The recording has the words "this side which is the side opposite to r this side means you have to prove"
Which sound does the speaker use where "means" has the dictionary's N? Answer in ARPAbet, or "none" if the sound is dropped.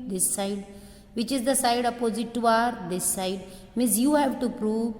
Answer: none